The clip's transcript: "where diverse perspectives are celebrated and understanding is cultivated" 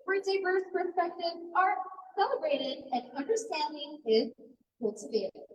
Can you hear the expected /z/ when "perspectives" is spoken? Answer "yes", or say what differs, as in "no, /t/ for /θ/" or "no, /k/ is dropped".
no, /z/ is dropped